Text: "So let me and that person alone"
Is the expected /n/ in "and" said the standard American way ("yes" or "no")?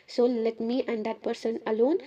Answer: yes